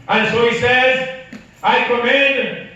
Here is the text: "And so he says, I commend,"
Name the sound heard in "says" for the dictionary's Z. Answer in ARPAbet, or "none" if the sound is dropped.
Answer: Z